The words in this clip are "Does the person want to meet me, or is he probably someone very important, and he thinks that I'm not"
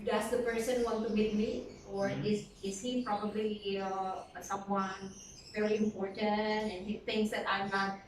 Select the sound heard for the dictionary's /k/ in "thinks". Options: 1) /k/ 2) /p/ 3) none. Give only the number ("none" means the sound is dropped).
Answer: 3